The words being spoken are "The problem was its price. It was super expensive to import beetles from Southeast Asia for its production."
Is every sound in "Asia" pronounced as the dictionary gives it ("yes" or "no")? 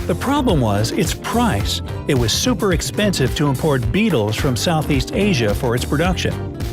yes